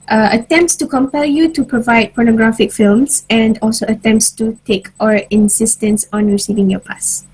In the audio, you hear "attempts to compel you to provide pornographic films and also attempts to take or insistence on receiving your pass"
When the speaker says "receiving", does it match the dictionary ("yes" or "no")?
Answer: yes